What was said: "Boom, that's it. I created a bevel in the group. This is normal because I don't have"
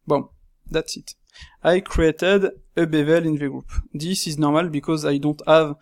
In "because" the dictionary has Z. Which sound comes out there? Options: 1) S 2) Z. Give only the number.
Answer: 2